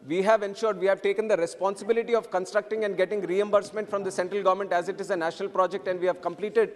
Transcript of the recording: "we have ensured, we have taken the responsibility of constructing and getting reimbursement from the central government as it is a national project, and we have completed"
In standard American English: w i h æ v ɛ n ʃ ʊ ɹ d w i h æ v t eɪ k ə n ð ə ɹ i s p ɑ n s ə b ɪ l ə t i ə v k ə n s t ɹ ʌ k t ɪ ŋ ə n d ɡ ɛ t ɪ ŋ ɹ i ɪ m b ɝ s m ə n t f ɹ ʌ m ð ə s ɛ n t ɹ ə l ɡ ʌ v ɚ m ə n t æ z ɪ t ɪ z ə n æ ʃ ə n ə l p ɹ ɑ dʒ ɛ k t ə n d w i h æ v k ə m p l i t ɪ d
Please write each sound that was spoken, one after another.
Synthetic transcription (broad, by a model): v i h æ v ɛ n ʃ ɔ ɹ d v i h æ v t eɪ k ə n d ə ɹ i s p ɑ n s ə b ɪ l ə t i ə v k ə n s t ɹ ʌ k t ɪ ŋ ə n d ɡ ɛ t ɪ ŋ ɹ i ɪ m b ɝ s m ə n t f ɹ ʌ m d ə s ɛ n t ɹ ə l ɡ ʌ v ɚ m ə n t æ z ɪ t ɪ z ə n æ ʃ ə n ə l p ɹ ɑ dʒ ɛ k t ə n d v i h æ v k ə m p l i t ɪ d